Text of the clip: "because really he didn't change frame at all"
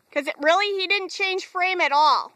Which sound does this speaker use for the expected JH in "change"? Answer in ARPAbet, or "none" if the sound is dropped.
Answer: ZH